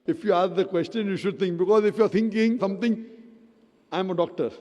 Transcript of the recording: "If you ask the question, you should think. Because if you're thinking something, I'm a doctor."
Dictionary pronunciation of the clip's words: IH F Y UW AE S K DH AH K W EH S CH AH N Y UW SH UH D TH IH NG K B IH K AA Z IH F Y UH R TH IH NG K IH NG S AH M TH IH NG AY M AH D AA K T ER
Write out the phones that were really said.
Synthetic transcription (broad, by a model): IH F Y UW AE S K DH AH K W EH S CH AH N Y UW SH UH D T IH NG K B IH K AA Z IH F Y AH R T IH NG K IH NG S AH M T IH NG AY M AH D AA K T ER